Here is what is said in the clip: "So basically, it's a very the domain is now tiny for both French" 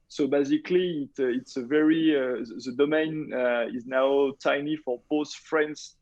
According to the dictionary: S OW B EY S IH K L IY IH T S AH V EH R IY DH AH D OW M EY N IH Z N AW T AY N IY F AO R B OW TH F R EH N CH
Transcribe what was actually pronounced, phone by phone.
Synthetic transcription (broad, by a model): S OW B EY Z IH K L IY IH T S AH V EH R IY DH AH D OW M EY N IH Z N AW T AY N IY F AO R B OW S F R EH N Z